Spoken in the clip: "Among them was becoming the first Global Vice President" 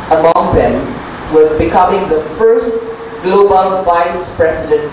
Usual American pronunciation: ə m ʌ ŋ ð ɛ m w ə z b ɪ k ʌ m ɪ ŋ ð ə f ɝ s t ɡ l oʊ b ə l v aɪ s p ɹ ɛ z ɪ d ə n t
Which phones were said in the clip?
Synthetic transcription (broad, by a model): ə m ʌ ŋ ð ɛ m w ə z b ɪ k ʌ m ɪ ŋ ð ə f ɝ s t ɡ l oʊ b ə l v aɪ s p ɹ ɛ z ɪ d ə n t